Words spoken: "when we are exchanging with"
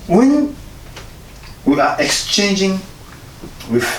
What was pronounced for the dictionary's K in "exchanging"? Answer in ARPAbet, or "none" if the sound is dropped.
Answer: K